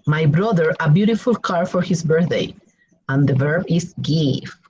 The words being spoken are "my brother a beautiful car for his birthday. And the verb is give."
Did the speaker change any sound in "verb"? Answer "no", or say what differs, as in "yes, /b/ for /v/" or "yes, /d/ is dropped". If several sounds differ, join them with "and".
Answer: no